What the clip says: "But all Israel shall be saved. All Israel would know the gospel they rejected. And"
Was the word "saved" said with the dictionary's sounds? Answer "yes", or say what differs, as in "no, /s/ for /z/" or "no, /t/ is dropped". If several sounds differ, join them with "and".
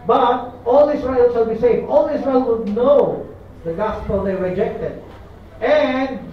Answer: no, /d/ is dropped